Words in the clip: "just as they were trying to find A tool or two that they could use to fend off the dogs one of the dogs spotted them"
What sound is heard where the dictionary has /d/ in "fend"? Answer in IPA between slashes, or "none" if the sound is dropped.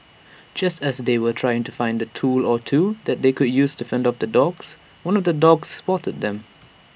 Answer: /d/